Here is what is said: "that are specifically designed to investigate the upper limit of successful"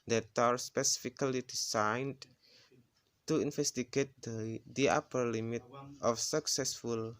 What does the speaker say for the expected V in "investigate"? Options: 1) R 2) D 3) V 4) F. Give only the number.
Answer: 4